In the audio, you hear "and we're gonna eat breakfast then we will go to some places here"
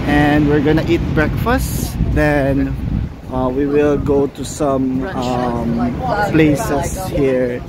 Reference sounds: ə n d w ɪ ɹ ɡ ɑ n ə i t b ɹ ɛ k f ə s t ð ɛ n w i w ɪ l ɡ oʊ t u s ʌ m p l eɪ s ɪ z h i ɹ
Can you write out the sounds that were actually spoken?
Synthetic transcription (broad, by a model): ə n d w ɪ ɹ ɡ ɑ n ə i t b ɹ ɛ k f ə s t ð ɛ n w i w ɪ l ɡ oʊ t u s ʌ m p l eɪ s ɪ s h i ɹ